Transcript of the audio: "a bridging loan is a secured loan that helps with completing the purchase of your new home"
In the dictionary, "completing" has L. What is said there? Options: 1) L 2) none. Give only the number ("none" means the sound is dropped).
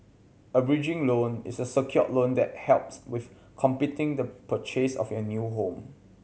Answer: 2